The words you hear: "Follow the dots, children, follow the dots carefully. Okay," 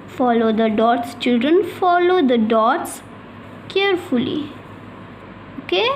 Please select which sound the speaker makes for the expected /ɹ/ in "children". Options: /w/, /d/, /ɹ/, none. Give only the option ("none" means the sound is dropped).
/ɹ/